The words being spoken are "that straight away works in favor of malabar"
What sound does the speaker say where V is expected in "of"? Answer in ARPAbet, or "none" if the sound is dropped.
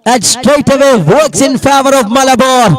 V